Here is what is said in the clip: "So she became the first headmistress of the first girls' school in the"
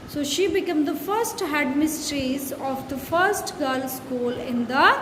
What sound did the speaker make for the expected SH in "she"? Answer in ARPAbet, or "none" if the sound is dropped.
SH